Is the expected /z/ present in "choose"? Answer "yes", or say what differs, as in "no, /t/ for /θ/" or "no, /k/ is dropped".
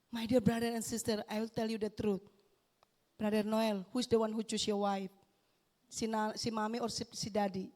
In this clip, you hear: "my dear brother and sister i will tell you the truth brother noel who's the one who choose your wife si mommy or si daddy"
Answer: no, /s/ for /z/